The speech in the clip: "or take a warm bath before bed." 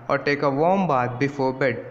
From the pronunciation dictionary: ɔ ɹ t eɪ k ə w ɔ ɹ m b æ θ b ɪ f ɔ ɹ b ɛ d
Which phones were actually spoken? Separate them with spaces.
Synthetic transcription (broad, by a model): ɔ ɹ t eɪ k ə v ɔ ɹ m b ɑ t b ɪ f ɔ ɹ b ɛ d